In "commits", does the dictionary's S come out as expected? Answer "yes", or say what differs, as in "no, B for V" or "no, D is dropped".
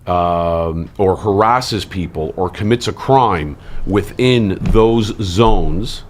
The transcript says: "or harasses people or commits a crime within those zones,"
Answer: yes